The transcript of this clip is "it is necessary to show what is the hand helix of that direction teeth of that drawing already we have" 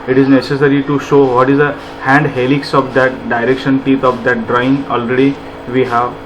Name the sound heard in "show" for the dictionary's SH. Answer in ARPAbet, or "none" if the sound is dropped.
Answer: SH